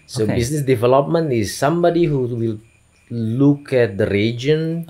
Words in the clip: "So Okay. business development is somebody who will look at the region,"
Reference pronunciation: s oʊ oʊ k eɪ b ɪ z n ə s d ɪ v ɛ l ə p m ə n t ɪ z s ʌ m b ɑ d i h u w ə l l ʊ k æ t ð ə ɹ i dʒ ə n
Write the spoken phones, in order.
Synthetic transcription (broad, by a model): s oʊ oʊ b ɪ s n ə s d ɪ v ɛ l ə p m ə n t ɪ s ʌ m b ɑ d i h u w ə l l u k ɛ t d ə ɹ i dʒ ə n